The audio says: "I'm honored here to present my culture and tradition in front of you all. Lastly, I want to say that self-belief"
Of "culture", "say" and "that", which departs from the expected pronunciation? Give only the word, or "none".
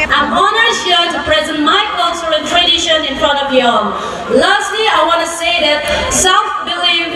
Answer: culture